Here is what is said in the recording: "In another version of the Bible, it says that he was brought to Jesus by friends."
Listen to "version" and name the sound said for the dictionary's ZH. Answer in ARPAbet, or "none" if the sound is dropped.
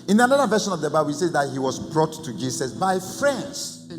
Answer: SH